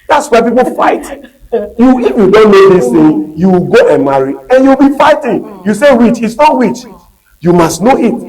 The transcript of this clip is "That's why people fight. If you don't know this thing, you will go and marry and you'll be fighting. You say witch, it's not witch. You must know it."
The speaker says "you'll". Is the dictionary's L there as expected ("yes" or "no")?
no